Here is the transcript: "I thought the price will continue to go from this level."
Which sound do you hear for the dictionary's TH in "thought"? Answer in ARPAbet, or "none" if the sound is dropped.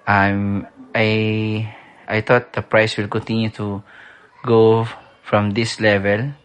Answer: T